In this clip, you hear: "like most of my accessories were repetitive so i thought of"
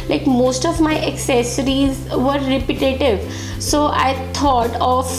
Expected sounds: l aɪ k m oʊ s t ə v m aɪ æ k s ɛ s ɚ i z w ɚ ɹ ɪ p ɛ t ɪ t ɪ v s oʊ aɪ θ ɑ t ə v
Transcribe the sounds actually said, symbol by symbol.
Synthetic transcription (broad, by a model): l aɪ k m oʊ s t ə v m aɪ æ k s ɛ s ɚ i z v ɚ ɹ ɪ p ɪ t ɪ t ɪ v s oʊ aɪ t ɑ t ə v